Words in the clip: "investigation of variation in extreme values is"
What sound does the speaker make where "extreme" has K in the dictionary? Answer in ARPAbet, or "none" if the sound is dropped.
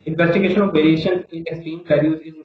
none